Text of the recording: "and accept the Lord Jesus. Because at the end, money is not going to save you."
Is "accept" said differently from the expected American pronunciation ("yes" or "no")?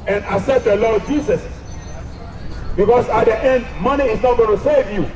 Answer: yes